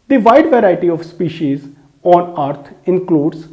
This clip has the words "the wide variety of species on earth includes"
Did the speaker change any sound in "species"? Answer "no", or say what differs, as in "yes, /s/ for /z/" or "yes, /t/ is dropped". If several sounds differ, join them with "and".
no